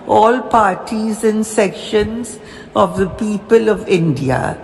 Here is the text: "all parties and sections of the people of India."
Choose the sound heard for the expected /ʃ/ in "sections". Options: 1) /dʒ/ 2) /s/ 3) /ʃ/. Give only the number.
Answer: 3